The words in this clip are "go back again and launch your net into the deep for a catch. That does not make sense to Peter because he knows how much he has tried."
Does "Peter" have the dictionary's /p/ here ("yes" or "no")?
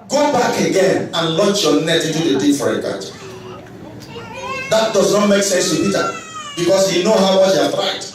no